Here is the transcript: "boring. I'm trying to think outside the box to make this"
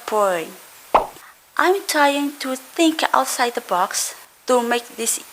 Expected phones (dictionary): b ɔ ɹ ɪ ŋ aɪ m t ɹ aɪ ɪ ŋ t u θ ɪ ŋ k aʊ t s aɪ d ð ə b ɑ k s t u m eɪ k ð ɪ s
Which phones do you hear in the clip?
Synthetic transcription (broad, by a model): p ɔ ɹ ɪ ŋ aɪ m t ɹ aɪ ɪ ŋ t u θ ɪ ŋ k aʊ t s aɪ d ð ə b ɑ k s t u m eɪ k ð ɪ s